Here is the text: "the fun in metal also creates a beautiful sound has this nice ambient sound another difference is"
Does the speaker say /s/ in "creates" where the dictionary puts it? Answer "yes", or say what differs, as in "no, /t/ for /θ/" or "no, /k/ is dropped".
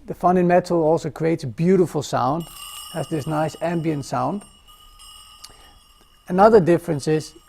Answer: yes